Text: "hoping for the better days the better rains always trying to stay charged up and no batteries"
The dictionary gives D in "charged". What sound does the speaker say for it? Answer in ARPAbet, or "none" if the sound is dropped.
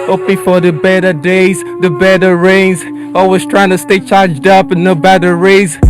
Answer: D